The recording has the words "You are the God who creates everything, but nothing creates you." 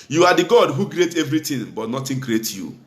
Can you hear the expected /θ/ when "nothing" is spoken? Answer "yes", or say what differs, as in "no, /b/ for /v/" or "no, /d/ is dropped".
no, /t/ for /θ/